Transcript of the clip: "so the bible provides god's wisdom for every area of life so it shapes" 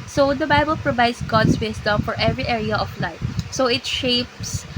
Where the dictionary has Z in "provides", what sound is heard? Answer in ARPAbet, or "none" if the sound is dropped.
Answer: S